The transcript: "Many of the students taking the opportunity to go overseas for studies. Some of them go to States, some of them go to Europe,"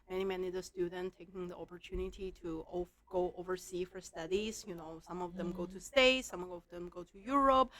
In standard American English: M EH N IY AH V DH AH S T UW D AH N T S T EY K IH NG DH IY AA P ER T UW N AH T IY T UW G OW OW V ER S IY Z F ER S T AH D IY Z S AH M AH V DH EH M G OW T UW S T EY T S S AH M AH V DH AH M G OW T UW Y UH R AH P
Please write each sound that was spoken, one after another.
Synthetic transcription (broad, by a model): M EH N IY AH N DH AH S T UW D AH N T T EY K IH NG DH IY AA P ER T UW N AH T IY T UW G OW OW V ER S IY F ER S T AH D IY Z S AH M AH V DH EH M G OW T UW S T EY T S S AH M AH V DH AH M G OW T UW Y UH R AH P